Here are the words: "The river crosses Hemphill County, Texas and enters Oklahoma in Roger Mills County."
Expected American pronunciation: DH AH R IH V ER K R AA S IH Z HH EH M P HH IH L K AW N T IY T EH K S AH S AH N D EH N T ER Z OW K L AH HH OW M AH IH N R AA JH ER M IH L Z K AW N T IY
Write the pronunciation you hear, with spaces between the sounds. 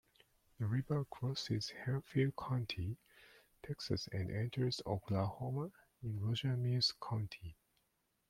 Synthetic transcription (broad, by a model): DH AH R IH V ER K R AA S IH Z HH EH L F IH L K AW N T IY T EH K S AH S AH N D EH N T ER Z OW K L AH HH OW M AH IH N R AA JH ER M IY Z K AW N T IY